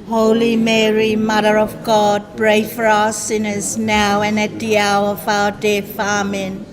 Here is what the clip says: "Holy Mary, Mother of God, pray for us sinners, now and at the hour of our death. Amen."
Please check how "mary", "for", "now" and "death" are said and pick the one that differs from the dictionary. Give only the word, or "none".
death